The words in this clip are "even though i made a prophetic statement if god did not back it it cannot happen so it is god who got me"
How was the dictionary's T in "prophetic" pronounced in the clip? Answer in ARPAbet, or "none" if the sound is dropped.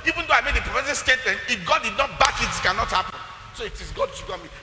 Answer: S